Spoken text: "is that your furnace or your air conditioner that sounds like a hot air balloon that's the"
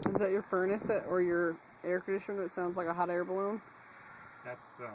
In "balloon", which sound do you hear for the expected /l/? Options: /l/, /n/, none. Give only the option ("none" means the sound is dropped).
/l/